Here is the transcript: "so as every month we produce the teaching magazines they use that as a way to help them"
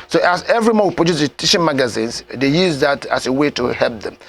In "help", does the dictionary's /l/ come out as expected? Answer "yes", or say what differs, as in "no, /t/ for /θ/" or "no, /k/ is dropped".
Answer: yes